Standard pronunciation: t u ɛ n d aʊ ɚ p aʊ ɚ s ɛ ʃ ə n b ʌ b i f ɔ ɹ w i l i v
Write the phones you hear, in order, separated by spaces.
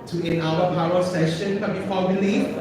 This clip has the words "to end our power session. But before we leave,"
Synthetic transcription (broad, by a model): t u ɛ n aʊ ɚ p aʊ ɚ s ɛ ʃ ə n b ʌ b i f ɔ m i l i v